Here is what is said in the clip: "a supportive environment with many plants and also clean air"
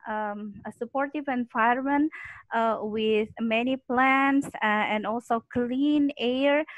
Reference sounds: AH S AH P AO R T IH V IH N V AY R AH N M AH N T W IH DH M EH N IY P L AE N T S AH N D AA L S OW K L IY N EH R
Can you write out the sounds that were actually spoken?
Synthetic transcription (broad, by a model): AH S AH P AO R T IH V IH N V AY AH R M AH N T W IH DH M EH N IY P L AE N T S AH N D AA L S OW K L IY N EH R